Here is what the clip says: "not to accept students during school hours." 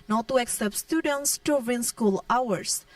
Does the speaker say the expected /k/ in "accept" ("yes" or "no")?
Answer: yes